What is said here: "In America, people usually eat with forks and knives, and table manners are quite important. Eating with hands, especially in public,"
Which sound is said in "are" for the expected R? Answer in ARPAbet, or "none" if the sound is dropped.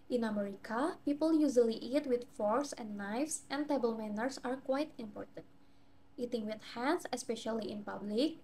R